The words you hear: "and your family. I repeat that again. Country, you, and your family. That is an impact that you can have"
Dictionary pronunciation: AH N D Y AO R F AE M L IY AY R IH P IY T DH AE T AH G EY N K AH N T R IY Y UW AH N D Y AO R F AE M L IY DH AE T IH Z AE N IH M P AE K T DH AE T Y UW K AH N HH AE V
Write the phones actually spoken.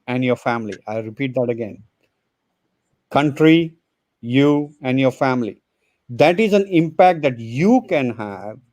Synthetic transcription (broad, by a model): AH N D Y AO R F AE M L IY AY R IH P IY T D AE T AH G EY N K AH N T R IY Y UW AH N D Y AO R F AE M L IY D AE T IH Z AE N IH M P AE K T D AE T Y UW K AH N HH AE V